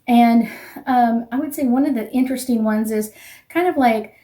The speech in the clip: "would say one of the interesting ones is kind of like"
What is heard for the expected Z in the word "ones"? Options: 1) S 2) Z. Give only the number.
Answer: 2